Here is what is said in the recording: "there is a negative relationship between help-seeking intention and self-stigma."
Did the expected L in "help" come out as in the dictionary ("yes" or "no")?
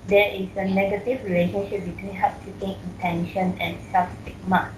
no